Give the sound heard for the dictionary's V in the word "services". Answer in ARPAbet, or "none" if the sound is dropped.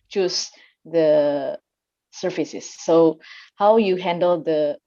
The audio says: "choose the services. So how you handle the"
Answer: F